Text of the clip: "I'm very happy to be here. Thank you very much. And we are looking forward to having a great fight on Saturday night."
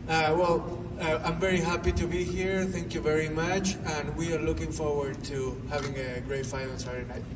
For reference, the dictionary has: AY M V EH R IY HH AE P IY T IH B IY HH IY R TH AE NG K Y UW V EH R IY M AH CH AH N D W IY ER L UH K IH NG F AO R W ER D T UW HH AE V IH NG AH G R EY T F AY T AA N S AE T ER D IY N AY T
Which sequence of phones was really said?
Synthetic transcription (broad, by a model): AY M V EH R IY HH AE P IY T IH B IY HH IY R TH AE NG K Y UW V EH R IY M AH CH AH N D W IY ER L UH K IH NG F AO R W ER D T UW HH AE V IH NG AH G R EY T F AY AA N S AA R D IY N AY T